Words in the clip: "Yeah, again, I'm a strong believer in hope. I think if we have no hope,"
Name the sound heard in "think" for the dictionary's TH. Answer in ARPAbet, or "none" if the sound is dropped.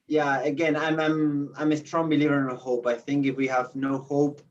TH